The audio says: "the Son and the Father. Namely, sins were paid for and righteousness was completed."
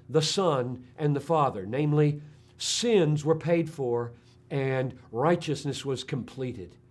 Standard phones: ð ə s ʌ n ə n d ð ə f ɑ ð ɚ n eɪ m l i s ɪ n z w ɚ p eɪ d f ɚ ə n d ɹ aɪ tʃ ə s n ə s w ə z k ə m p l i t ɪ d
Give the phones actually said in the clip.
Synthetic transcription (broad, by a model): ð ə s ʌ n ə n ð ə f ɑ ð ɚ n eɪ m l i s ɪ n z w ɚ p eɪ d f ɚ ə n ɹ aɪ tʃ ə s n ə s w ə z k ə m p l i t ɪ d